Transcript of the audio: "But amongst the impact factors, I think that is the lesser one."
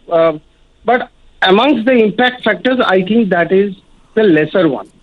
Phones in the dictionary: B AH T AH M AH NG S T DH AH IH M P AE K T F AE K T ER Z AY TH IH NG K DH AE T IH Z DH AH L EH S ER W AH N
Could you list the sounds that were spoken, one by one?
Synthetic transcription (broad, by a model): B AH T AH M AH NG S T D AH IH M P AE K T F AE K T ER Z AY T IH NG K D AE T IH Z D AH L EH S ER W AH N